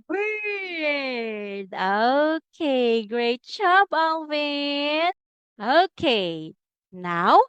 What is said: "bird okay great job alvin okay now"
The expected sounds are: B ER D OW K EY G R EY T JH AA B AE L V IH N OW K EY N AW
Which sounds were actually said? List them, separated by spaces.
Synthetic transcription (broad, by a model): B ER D OW K EY G R EY T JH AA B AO N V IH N OW K EY N AW